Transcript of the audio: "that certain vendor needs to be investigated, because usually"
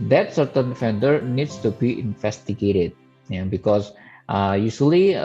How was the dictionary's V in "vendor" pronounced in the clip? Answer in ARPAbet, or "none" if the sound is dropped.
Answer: F